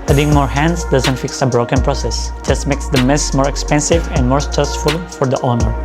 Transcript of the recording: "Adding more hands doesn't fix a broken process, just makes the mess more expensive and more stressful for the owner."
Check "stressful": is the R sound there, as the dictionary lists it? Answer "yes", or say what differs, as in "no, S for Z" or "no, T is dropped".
no, R is dropped